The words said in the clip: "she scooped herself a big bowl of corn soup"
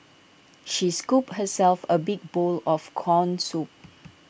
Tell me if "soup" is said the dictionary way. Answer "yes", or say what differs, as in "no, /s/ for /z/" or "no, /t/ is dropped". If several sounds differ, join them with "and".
yes